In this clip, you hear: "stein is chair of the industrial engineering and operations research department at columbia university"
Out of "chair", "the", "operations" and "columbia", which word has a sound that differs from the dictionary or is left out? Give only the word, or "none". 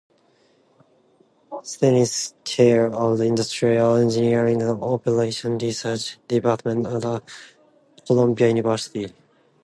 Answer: operations